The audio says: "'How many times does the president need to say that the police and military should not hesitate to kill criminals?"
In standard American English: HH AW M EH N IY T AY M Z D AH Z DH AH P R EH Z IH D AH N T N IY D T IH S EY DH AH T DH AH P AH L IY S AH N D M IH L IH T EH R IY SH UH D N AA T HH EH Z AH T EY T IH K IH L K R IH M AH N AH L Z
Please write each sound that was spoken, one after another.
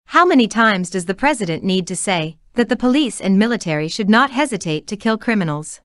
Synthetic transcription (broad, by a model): HH AW M EH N IY T AY M Z D AH Z DH AH P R EH Z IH D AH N N IY D T IH S EY DH AH T DH AH P AH L IY S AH N M IH L IH T EH R IY SH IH D N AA T HH EH Z AH T EY T IH K IH L K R IH M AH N L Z